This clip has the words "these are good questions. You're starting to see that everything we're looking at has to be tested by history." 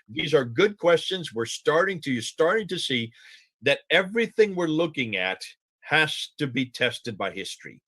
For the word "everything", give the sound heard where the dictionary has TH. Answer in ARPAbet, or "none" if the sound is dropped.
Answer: TH